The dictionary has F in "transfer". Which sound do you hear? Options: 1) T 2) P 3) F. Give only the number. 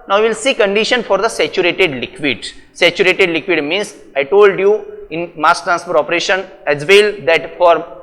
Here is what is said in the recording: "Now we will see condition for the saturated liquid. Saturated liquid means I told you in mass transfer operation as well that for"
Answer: 2